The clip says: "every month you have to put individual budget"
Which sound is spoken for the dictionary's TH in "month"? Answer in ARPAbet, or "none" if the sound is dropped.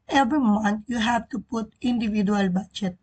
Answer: T